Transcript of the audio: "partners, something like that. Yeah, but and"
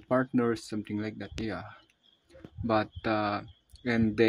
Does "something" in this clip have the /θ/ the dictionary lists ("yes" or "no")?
no